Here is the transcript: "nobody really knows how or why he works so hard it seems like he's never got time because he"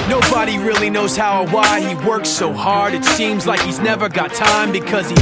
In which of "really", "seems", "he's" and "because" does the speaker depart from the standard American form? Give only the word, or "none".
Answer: none